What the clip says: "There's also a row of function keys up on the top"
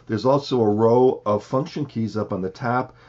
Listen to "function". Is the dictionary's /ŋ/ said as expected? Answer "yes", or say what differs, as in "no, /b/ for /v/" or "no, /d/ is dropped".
yes